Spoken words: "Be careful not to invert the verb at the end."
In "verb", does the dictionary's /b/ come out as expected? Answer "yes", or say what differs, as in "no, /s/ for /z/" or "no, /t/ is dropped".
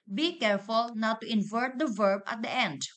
yes